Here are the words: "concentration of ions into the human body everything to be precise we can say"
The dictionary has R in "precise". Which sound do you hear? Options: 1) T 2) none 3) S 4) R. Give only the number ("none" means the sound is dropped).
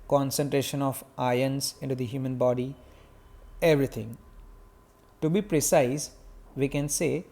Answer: 4